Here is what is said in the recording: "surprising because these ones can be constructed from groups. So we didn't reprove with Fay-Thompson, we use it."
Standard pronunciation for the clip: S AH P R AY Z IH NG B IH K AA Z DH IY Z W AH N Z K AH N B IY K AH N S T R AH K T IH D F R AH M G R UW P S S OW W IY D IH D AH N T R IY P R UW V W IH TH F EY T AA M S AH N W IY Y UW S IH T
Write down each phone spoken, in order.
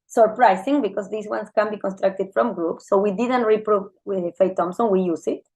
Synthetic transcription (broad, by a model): S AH P R AY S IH NG B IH K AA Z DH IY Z W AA N S K AH N B IY K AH N S T R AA K T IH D F R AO M G R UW P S S OW W IY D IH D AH N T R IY P R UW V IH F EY T AA M S AH N W IY Y UW S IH T